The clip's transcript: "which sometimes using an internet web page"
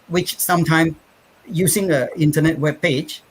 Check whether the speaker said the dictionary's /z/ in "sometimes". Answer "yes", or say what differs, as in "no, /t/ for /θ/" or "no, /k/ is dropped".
no, /z/ is dropped